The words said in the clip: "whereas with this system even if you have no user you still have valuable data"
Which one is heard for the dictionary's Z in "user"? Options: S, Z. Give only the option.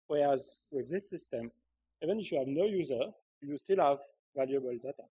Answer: Z